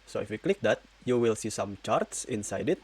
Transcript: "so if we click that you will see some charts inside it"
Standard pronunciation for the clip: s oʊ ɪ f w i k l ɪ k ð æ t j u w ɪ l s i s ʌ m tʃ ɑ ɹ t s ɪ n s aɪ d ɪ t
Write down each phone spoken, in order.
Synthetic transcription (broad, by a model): s oʊ ɪ f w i k l ɪ k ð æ t j u w ɪ l s i s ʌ m tʃ ɑ ɹ t s ɪ n s aɪ d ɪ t